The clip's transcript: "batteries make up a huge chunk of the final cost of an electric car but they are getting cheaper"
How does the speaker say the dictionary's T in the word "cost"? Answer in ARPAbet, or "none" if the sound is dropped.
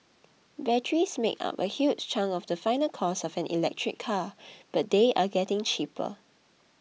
none